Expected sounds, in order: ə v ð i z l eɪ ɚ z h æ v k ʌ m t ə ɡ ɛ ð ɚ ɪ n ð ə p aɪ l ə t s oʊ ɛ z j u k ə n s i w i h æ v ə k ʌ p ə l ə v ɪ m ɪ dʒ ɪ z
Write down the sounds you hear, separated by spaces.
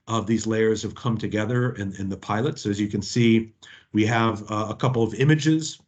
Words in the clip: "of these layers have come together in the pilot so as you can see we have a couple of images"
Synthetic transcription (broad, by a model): ə v ð i z l eɪ ɚ z h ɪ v k ʌ m t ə ɡ ɛ ð ɚ ɪ n ð ə p aɪ l ə t s oʊ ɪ z j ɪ k ə n s i w i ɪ v ə k ʌ p l ə v ɪ m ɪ dʒ ɪ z